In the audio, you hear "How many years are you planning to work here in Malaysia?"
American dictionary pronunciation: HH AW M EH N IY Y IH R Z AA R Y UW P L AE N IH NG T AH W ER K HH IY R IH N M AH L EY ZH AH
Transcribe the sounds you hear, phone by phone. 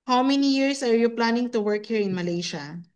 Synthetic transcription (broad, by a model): HH AW M EH N IY Y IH R S AA R Y UW P L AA N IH NG T AH W ER K HH IY R IH N M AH L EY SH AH